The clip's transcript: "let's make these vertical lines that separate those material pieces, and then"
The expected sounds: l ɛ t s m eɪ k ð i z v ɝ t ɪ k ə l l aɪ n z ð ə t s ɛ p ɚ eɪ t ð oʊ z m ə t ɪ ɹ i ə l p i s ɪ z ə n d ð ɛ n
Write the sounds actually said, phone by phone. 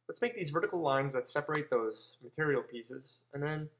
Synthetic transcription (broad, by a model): l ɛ t s m eɪ k ð i z v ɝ t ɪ k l l aɪ n z ð ə t s ɛ p ɚ eɪ t ð oʊ z m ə t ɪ ɹ i l p i s ɪ z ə n ð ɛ n